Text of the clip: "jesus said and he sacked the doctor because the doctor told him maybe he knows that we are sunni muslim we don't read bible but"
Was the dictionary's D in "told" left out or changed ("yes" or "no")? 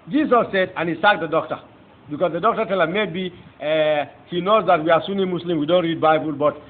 yes